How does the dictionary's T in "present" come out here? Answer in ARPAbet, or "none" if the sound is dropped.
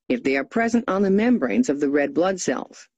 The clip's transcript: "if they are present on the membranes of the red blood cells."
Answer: T